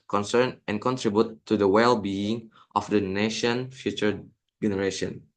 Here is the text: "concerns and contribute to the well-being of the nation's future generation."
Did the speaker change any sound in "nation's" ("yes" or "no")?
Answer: yes